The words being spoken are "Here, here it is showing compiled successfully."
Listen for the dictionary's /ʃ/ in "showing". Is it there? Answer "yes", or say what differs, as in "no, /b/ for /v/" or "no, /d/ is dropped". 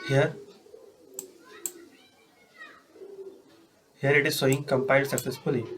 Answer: no, /s/ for /ʃ/